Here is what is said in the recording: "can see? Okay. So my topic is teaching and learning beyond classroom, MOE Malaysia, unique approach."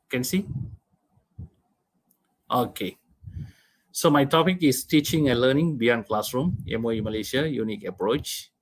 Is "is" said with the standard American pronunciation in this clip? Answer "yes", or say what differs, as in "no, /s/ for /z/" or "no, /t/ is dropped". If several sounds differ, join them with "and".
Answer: no, /s/ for /z/